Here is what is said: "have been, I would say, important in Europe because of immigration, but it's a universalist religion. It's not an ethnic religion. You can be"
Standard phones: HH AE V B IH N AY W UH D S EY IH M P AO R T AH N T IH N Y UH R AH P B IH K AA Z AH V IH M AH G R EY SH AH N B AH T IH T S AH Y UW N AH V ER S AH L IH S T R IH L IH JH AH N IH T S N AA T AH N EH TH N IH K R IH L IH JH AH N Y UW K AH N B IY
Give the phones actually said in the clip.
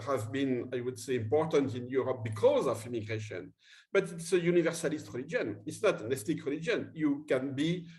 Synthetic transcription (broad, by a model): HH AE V B IH N AY W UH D S EY IH M P AO R T AH N T IH N Y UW R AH P B IH K AA Z AH V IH M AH G R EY SH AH N B AH T IH T S AH Y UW N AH V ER S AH L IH S T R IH L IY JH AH N IH T S N AA T AH N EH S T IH K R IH L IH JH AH N Y UW K AH N B IY